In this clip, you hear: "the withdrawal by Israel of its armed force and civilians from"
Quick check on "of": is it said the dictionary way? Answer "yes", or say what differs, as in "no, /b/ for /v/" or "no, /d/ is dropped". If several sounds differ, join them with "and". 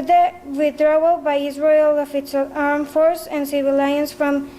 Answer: no, /f/ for /v/